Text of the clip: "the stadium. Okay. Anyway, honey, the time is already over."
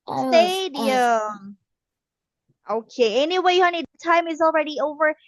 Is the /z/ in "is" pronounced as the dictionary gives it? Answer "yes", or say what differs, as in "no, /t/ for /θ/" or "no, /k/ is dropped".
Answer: yes